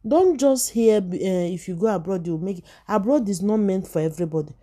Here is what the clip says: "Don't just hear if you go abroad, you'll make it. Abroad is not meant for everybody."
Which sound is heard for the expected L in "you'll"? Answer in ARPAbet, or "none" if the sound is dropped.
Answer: W